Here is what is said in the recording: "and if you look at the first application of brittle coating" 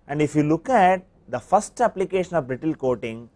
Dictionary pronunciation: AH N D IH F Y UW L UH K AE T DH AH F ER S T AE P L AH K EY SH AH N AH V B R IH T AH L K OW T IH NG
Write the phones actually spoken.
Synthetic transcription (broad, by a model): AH N D IH F Y UW L UH K AE T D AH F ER S T AE P L AH K EY SH AH N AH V B R IH T AH L K OW T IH NG